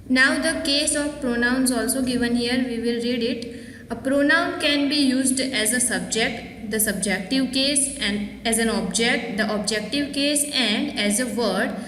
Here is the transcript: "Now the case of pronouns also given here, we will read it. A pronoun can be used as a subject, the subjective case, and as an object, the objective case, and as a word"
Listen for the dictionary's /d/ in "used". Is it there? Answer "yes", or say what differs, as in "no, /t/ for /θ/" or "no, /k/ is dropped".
yes